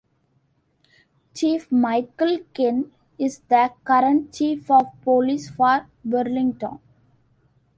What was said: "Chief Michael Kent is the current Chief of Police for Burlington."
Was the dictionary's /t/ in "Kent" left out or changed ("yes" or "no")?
yes